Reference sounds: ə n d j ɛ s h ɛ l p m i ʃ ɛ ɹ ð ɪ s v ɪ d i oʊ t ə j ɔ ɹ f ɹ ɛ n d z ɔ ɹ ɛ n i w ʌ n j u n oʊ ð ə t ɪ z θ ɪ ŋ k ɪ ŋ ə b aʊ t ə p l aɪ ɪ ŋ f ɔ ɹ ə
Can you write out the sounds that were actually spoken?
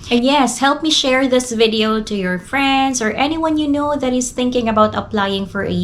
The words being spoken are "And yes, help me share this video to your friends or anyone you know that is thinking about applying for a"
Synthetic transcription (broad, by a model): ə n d j ɛ s h ɛ l p m i ʃ ɛ ɹ ð ɪ s v ɪ d i oʊ t ə j ɔ ɹ f ɹ ɛ n d s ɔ ɹ ɛ n i w ʌ n j u n oʊ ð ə t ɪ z θ ɪ ŋ k ɪ ŋ ə b aʊ t ə p l aɪ ɪ ŋ f ɔ ɹ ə